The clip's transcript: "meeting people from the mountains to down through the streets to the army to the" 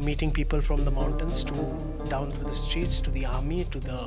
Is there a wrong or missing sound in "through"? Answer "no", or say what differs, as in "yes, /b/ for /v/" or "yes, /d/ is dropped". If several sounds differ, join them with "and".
yes, /t/ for /θ/